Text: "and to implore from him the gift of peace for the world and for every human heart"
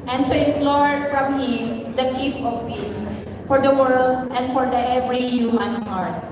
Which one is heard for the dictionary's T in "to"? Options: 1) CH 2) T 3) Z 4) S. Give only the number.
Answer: 4